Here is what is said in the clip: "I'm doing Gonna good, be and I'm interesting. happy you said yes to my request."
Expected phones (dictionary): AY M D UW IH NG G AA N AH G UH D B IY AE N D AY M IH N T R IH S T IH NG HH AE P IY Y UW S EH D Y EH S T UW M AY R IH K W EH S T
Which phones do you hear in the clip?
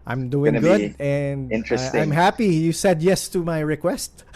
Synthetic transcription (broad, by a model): AY M D UW IH NG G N G UH D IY N D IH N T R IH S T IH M HH AE P IY Y UW S EH D Y EH S T UW M AY R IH K W EH S T